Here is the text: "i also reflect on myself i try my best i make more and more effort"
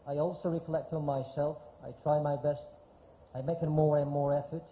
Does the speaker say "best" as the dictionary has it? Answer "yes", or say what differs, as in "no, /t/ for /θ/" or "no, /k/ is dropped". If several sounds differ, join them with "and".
yes